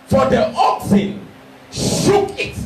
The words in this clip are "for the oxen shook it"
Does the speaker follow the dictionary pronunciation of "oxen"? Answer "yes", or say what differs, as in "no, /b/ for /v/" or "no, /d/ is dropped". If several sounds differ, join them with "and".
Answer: yes